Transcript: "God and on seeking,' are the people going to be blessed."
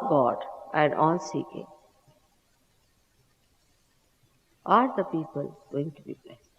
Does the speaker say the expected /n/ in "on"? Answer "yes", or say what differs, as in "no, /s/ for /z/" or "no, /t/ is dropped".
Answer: no, /l/ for /n/